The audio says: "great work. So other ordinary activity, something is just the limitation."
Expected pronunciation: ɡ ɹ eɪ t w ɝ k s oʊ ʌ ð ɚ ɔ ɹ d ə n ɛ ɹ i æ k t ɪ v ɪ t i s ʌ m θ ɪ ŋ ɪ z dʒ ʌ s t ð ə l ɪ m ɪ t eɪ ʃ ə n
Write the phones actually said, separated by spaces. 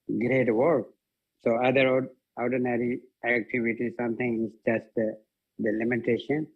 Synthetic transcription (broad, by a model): ɡ ɹ eɪ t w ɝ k s oʊ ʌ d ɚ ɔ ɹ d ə n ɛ ɹ i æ k t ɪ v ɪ t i s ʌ m t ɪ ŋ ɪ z dʒ ʌ s t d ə l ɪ m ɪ t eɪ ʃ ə n